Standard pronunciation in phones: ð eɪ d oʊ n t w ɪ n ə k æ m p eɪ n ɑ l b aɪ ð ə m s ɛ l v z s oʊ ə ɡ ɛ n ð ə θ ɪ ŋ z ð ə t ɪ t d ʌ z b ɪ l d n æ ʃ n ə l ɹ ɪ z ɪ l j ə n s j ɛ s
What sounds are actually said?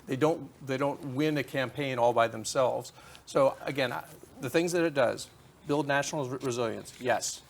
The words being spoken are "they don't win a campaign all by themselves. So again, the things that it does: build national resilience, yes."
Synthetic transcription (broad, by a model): ð eɪ d oʊ n t w ɪ n ə k æ m p eɪ n ɑ l b aɪ ð ə m s ɛ l v z s oʊ ə ɡ ɛ n ð ə θ ɪ ŋ z ð ə t ɪ t d ʌ z b ɪ l d n æ ʃ n l ɹ ɪ z ɪ l j ə n s j ɛ s